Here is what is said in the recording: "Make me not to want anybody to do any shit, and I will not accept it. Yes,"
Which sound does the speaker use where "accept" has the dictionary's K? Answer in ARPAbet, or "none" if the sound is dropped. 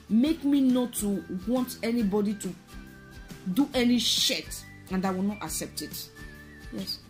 K